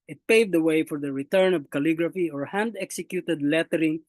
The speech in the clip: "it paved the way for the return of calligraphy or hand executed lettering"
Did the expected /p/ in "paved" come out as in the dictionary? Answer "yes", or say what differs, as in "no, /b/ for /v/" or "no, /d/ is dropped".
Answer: yes